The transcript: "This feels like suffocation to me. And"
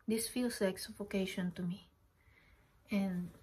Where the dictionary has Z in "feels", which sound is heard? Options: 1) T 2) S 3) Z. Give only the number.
2